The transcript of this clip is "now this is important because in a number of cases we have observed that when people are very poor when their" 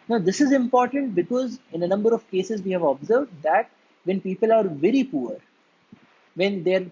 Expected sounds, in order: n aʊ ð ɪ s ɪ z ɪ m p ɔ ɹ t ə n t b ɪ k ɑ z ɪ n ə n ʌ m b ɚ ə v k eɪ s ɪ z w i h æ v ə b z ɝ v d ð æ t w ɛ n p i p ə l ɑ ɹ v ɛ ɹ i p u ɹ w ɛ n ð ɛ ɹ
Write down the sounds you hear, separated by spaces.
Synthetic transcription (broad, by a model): n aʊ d ɪ s ɪ z ɪ m p ɔ ɹ t ə n t b ɪ k ɑ z ɪ n ə n ʌ m b ɚ ə v k eɪ s ɪ z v i h æ v ə b z ɝ v d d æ t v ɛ n p i p ə l ɑ ɹ v ɛ ɹ i p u ɹ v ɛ n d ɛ ɹ